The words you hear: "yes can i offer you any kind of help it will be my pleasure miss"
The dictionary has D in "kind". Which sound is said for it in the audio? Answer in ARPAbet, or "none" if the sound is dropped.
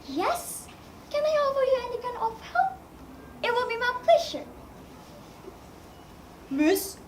none